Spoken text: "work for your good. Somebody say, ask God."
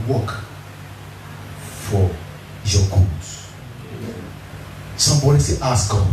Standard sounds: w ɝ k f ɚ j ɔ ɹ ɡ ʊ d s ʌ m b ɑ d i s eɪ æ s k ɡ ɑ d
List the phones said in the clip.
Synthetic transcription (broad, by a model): w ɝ k f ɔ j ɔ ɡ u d s ʌ m b ɑ d i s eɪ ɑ s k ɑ